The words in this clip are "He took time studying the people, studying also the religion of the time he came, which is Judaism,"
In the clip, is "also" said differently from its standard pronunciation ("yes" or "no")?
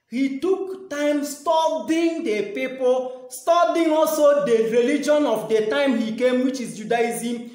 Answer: no